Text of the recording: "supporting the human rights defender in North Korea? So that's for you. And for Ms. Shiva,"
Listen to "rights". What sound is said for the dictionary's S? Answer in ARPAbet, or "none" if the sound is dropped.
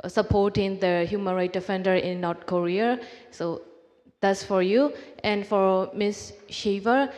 none